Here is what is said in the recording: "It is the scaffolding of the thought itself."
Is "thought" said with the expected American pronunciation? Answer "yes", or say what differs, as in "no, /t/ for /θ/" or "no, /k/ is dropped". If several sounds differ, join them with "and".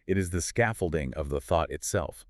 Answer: yes